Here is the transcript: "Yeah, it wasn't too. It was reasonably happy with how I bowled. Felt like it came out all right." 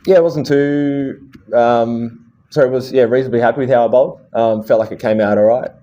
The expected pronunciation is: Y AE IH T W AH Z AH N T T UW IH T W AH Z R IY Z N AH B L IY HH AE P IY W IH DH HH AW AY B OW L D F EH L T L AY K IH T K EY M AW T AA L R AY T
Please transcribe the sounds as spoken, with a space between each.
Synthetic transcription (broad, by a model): Y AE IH T W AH Z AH N T S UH IH T W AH Z R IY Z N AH B L IY HH AE P IY W IH DH HH AW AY B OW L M F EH L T L AY K IH T K EY M AW T AA L R AY T